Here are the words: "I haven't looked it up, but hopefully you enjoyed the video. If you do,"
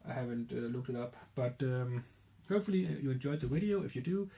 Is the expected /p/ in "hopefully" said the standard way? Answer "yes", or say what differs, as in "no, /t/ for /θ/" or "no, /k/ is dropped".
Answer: yes